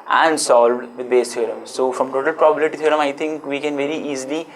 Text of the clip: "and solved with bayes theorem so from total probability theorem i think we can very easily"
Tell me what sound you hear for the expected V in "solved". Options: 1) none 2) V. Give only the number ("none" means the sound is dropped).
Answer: 2